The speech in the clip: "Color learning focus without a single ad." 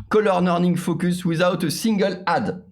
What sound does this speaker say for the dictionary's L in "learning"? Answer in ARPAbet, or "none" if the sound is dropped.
N